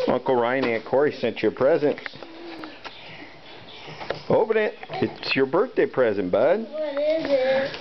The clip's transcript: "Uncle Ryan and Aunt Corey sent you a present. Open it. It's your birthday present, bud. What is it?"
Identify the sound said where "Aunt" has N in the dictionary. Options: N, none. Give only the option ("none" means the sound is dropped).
none